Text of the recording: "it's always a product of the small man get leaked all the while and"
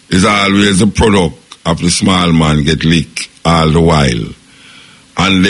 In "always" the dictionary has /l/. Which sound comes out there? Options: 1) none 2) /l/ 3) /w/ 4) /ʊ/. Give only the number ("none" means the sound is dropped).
2